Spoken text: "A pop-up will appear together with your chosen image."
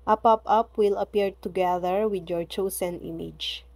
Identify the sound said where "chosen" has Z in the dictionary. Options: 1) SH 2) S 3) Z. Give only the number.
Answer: 2